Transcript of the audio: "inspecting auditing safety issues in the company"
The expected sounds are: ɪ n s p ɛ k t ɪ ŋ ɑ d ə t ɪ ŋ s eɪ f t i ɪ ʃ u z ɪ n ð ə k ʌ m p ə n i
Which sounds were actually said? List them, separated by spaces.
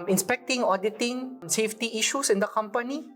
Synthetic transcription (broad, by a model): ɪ n s p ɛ k t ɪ ŋ ɑ d ə t ɪ ŋ s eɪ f t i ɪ ʃ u s ɪ n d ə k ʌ m p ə n i